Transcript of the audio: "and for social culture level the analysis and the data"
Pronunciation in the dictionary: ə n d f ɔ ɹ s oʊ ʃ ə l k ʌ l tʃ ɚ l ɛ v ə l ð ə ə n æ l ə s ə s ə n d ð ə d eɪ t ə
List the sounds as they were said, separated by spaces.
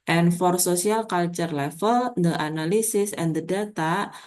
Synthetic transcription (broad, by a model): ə n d f ɔ ɹ s oʊ s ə l k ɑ l tʃ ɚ l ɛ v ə l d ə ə n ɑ l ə s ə s ə n d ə d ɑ t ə